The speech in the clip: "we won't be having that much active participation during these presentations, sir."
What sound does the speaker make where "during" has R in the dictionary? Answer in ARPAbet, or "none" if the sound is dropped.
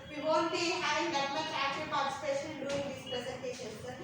none